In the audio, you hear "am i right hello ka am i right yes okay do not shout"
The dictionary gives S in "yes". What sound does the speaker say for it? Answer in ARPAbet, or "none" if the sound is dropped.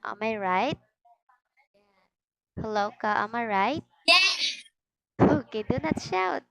none